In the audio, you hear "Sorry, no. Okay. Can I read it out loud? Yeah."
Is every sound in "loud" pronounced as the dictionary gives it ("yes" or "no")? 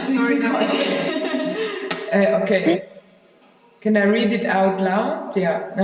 no